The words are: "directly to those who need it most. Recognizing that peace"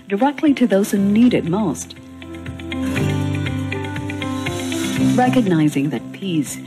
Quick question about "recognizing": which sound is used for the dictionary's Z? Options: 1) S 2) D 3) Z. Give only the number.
3